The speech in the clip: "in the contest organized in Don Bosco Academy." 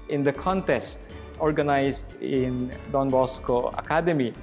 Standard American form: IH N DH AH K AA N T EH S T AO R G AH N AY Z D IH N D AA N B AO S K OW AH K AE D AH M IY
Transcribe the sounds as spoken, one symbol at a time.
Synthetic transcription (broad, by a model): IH N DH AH K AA N T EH S T AO R G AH N AY S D IH N D AA N B AO S K OW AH K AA D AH M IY